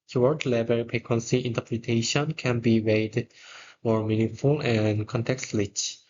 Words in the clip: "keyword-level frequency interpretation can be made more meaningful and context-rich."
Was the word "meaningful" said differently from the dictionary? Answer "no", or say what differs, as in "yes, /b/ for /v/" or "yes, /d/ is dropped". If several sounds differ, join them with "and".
yes, /ŋ/ is dropped